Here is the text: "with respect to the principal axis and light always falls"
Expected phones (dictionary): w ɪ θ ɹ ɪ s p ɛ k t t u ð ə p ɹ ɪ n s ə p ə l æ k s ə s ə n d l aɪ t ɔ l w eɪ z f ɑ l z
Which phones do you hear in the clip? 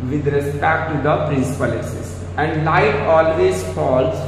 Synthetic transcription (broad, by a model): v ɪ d ɹ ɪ s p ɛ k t t u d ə p ɹ ɪ n s ə p ə l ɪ s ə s ə n d l aɪ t ɔ l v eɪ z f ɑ l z